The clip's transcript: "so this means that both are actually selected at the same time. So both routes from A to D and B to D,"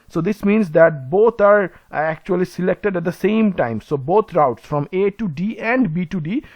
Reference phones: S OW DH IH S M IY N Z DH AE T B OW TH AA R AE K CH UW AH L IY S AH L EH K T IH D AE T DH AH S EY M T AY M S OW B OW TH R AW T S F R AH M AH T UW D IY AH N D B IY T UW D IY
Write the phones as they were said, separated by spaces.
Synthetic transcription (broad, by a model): S OW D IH S M IY N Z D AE T B OW T AA R AE K CH UW AH L IY S AH L EH K T IH D AE T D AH S EY M T AY M S OW B OW T R AW T S F R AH M AH T UW D IY AH N D B IY T UW D IY